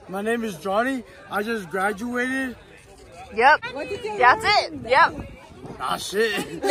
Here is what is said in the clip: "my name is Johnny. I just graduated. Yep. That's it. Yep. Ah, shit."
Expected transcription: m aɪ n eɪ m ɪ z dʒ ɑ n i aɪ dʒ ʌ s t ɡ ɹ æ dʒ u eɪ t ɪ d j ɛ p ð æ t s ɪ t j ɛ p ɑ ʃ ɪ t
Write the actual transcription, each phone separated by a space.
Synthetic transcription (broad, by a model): m aɪ n eɪ m ɪ z dʒ ɑ n i aɪ dʒ ʌ s ɡ ɹ æ dʒ u eɪ t ɪ d j ɛ p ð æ t s ɪ t j ɛ p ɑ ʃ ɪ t